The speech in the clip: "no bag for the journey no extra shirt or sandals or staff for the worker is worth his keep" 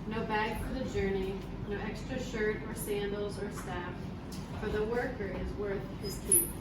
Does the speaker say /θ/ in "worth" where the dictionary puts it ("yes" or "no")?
yes